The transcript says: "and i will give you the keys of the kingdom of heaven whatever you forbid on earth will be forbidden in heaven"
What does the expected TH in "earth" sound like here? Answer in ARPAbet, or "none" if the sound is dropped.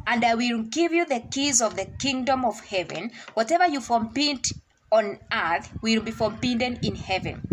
TH